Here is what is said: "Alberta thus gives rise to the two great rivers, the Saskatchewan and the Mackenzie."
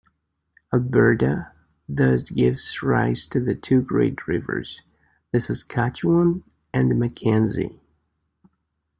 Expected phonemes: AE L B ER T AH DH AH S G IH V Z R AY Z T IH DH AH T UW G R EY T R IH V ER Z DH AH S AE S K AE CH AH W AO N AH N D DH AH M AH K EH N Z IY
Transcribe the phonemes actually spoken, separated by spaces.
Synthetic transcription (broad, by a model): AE B ER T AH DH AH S G IH V Z R AY Z T IH DH AH T UW G R EY T R IH V ER Z DH AH S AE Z K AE CH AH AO N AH N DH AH M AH K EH N Z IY